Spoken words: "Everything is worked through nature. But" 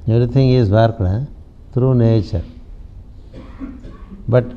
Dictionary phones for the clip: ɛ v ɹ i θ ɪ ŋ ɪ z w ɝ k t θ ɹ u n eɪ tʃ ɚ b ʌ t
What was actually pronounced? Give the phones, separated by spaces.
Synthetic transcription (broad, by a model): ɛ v ɹ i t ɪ ŋ ɪ z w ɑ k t t ɹ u n eɪ tʃ ɚ b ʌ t